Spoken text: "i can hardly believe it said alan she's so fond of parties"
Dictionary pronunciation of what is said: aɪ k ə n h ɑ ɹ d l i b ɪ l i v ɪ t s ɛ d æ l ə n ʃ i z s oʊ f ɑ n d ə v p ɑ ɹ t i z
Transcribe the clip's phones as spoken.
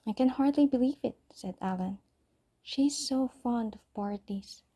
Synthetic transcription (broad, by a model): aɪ k ə n h ɑ ɹ d l i b ɪ l i v ɪ t s ɛ d æ l ə n ʃ i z s oʊ f ɑ n d ə v p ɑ ɹ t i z